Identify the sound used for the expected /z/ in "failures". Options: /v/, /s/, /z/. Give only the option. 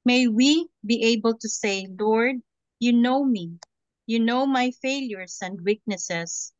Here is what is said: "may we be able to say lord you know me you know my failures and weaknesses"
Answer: /s/